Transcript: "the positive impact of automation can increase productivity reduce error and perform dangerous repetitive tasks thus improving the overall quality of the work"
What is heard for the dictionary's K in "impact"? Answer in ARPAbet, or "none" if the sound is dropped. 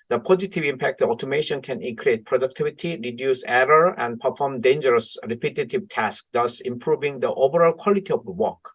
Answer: K